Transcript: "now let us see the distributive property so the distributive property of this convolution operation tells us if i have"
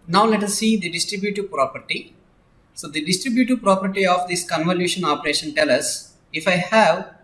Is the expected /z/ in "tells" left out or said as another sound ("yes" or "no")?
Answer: yes